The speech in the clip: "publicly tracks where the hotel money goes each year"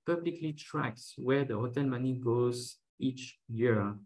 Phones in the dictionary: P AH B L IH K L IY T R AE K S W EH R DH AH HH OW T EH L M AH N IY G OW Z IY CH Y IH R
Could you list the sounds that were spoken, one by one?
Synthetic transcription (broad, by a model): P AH B L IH K L IY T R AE K S W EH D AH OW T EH N M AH N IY G OW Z IY CH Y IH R